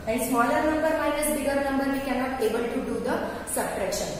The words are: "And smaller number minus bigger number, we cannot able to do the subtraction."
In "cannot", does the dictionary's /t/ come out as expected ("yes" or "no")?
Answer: no